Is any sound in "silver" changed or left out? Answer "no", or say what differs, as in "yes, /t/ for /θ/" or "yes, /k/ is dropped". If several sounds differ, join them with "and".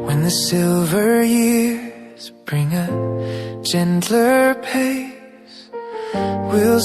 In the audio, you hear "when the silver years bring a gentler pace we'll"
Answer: no